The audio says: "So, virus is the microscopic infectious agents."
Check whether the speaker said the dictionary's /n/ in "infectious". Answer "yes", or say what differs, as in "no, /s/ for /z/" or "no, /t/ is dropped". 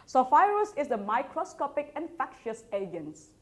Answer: yes